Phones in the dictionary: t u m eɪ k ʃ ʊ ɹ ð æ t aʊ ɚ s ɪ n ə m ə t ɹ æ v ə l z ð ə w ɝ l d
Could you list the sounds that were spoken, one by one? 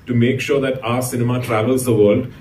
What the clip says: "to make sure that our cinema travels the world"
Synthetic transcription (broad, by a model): t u m eɪ k ʃ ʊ ɹ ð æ t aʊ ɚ s ɪ n ə m ə t ɹ æ v ə l z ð ə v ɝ l d